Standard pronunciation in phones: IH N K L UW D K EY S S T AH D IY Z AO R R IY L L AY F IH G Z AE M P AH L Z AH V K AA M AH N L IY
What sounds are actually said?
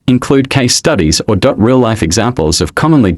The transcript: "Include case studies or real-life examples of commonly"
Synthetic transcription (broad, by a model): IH N K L UW D K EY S S T AH D IY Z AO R R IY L L AY F IH G Z AE M P AH L Z AH V K AA M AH N L IY